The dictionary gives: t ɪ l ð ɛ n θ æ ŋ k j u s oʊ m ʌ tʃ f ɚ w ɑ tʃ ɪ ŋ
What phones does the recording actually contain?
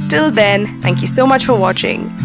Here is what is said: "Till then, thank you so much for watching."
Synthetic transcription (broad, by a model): t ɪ l ð ɛ n θ æ ŋ k j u s oʊ m ʌ tʃ f ɚ w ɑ tʃ ɪ ŋ